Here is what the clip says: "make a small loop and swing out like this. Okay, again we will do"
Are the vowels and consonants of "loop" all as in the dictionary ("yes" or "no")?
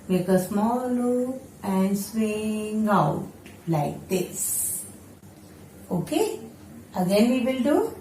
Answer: no